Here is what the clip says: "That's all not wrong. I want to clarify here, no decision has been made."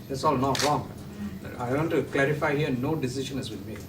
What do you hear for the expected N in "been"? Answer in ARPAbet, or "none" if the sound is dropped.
L